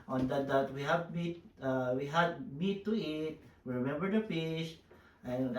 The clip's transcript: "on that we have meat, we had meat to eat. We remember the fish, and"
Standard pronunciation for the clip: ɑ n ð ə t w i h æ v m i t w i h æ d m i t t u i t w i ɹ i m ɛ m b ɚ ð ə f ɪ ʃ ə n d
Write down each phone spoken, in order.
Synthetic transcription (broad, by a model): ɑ n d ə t w i h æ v m i t w i h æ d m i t t u i t w i ɹ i m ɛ m b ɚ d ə p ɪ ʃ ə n